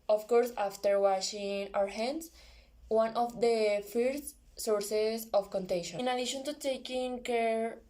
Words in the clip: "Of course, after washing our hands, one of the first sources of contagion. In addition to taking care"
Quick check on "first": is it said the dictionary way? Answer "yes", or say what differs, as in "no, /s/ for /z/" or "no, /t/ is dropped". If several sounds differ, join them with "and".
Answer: no, /s/ is dropped